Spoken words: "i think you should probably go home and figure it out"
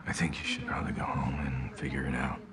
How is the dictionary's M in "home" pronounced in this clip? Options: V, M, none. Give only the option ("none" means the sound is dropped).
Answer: M